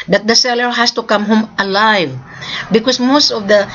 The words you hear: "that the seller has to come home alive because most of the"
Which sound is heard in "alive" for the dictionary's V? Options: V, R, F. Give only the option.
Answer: V